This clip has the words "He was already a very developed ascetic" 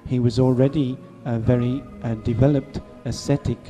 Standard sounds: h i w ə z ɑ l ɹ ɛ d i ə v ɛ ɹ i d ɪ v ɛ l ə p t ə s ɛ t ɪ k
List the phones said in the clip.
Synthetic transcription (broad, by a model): h i w ə z ɑ l ɹ ɛ d i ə v ɛ ɹ i d ɪ v ɛ l ə p t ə s ɛ t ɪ k